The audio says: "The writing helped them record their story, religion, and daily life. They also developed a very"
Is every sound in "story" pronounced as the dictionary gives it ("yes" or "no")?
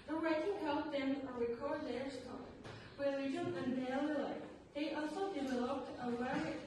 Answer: no